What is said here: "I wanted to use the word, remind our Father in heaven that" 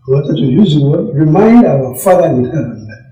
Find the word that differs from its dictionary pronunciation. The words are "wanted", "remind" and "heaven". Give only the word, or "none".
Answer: wanted